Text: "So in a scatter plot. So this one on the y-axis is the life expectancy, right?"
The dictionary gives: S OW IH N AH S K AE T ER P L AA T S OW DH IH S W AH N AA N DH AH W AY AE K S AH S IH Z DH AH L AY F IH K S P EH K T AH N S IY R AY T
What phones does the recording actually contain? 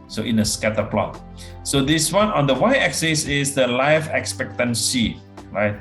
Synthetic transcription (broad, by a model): S OW IH N AH S K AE T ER P L AA T S OW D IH S W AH N AA N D AH W AY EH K S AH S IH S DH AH L AY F IH K S P EH K T AH N S IY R AY T